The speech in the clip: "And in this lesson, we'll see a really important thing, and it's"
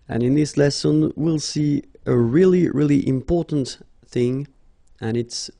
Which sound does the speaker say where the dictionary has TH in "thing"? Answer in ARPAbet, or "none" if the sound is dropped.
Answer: TH